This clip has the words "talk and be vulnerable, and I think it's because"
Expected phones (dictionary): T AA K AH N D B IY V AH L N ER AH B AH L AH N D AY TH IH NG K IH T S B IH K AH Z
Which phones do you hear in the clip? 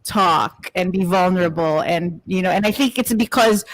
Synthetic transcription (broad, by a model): T AA K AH N B IY V AH L N ER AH B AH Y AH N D AY TH IH NG K IH T S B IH K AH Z